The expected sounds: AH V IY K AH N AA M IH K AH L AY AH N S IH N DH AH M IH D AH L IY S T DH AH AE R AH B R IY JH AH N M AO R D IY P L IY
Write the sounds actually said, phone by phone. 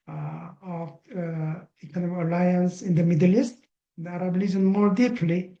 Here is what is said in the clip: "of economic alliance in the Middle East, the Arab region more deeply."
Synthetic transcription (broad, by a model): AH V IY K AH N AA M IH K AH L AY AH N S IH N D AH M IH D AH L IY S T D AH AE R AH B L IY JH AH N M AO R D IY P L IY